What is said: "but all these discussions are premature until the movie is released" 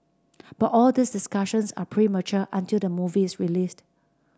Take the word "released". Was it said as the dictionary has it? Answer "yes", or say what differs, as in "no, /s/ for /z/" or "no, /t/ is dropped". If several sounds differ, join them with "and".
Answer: yes